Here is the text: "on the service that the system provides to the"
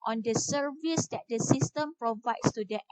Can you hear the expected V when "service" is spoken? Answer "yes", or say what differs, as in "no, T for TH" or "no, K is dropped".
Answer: yes